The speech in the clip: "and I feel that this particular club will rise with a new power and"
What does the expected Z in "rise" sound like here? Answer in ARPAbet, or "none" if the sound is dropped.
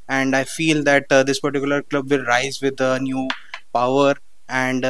Z